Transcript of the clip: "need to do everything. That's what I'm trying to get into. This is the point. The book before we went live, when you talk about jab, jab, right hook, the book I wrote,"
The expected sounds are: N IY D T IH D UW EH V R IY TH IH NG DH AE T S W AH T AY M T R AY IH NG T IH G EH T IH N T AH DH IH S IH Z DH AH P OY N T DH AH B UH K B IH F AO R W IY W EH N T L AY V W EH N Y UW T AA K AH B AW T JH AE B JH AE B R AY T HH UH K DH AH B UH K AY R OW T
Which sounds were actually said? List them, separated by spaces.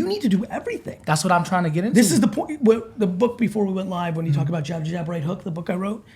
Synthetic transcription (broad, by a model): N IY D T IH D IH EH V R IY TH IH NG DH AE T S W AH T AY M T R AY IH NG T IH G EH T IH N DH IH S IH Z DH AH P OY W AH DH AH B UH K B IH F AO R W IY W EH N T L AY V W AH N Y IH T AA K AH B AW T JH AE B JH AE B R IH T HH UH K DH AH B UH K AY R OW T